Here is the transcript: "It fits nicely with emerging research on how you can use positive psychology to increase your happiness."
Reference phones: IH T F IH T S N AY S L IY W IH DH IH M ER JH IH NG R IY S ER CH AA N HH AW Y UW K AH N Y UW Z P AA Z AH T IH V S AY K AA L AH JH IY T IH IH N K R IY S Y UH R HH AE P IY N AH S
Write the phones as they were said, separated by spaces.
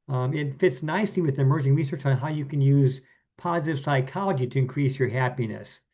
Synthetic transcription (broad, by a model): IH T F IH T S N AY S IY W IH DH IH M ER JH IH NG R IY S ER CH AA N HH AW Y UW K AH N Y UW Z P AA Z AH T IH V S AY K AA L AH JH IY T IH IH N K R IY S Y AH R HH AE P IY N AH S